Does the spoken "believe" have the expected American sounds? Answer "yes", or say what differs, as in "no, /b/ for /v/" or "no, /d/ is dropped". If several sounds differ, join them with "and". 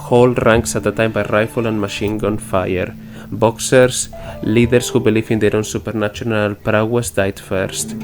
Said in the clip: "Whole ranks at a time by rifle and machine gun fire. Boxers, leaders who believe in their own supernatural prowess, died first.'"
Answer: no, /f/ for /v/